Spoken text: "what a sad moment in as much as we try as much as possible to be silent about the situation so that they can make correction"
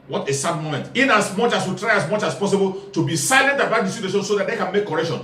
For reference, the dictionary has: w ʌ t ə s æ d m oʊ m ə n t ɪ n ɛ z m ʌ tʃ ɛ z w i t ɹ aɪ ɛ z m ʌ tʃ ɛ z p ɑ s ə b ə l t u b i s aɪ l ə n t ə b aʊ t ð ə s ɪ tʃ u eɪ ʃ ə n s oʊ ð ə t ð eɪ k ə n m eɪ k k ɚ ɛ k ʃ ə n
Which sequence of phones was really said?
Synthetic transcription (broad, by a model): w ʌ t ə s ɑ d m oʊ m ə n t ɪ n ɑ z m ʌ tʃ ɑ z w i t ɹ aɪ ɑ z m ʌ tʃ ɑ s p ɑ s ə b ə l t u b i s aɪ l ə n t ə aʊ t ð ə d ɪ s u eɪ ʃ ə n s oʊ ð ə t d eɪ k ə n m eɪ k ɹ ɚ ɛ k ʃ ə n